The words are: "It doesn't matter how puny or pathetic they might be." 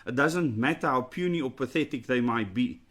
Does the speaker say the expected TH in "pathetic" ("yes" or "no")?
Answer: yes